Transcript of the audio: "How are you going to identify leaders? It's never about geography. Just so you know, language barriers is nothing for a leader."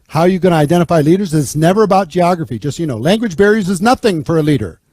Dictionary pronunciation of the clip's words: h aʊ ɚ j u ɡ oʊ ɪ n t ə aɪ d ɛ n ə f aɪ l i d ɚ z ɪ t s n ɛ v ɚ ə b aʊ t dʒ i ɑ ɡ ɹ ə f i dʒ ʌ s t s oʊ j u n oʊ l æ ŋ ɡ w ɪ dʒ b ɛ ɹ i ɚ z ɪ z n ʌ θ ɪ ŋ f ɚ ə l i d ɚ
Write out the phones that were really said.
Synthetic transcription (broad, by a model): h aʊ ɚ j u ɡ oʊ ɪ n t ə aɪ d ɛ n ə f aɪ l i d ɚ z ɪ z n ɛ v ɚ ə b aʊ t dʒ i ɑ ɡ ɹ ə f i dʒ ʌ s t j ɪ n oʊ l æ ŋ ɡ w ɪ dʒ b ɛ ɹ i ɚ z ɪ z n ʌ θ ɪ ŋ f ɚ ə l i d ɚ